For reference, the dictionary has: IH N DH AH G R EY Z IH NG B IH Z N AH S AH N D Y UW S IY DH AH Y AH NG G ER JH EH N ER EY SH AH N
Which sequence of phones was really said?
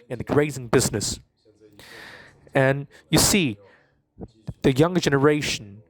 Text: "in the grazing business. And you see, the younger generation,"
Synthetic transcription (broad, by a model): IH N DH AH G R EY Z IH NG B IH Z N AH S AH N Y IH S IY DH AH Y AH NG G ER JH EH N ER EY SH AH N